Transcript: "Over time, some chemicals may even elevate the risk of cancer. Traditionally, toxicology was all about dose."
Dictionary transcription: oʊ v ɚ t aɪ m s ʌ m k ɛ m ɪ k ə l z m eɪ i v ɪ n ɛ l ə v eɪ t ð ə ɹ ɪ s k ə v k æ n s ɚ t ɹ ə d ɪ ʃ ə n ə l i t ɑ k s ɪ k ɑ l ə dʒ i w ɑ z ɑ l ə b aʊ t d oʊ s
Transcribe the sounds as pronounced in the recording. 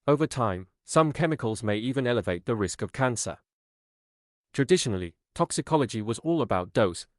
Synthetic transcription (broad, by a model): oʊ v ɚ t aɪ m s ʌ m k ɛ m ɪ k ə l z m eɪ i v ɪ n ɛ l ə v eɪ t ð ə ɹ ɪ s k ə v k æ n s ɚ t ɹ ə d ɪ ʃ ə n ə l i t ɑ k s ɪ k ɑ l ə dʒ i w ɑ z ɑ l ə b aʊ t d oʊ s